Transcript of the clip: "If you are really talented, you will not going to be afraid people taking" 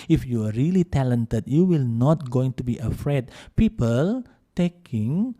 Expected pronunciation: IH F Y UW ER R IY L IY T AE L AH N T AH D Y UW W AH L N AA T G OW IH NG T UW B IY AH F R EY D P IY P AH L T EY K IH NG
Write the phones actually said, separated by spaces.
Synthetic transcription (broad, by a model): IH F Y UW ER R IY L IY T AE L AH N T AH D Y UW W AH L N AA T G OW IH NG T UW B IY AH F R EY D P IY P AH L T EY K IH NG